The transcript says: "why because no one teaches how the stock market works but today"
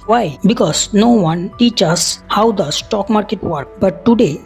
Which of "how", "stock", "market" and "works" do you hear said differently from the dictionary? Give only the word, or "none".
works